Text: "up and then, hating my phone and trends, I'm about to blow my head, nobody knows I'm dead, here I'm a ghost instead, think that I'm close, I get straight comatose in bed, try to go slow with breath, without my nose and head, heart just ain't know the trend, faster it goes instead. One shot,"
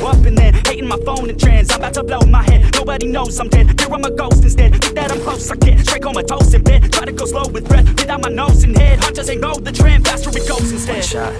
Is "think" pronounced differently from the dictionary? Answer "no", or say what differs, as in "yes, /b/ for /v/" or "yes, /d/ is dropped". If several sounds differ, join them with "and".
yes, /ŋ/ is dropped